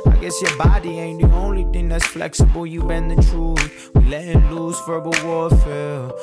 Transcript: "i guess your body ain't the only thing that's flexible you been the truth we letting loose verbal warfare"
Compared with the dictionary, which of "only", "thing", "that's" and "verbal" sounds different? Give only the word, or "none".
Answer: none